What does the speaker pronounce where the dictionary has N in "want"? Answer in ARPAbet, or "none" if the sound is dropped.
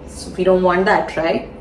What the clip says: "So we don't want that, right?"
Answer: N